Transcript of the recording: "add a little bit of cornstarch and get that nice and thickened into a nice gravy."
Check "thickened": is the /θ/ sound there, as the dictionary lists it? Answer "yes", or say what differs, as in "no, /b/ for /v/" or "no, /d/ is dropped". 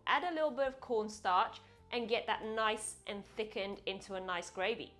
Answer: yes